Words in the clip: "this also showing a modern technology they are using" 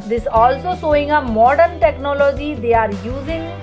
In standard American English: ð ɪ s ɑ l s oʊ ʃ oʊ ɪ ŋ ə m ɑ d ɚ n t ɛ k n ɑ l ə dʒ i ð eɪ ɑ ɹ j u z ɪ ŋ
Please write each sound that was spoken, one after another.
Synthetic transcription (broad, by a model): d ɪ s ɑ l s oʊ s oʊ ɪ ŋ ə m ɑ d ɚ n t ɛ k n ɑ l ə dʒ i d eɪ ɑ ɹ j u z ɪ ŋ